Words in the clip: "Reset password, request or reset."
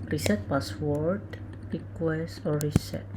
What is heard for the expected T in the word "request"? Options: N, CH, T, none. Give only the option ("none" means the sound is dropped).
none